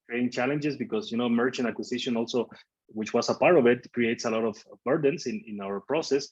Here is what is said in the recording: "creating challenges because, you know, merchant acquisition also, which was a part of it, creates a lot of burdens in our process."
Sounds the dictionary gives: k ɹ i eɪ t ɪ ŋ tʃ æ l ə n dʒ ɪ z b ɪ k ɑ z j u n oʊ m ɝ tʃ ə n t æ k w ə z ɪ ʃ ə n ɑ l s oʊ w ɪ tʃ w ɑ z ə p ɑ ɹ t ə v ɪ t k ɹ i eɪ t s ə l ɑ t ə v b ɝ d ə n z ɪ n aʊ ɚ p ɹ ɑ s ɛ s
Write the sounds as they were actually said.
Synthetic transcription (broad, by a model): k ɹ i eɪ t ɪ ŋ tʃ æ l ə n dʒ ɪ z b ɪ k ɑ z j u n oʊ m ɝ tʃ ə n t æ k w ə s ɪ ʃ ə n ɑ l s oʊ w ɪ tʃ w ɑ s ə p ɑ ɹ t ə v ɪ t k ɹ i eɪ t s ə l ɑ t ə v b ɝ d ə n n ɪ n aʊ ɚ p ɹ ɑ s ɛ s